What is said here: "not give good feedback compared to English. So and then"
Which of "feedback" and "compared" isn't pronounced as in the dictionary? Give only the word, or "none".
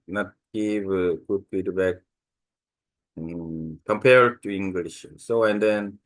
feedback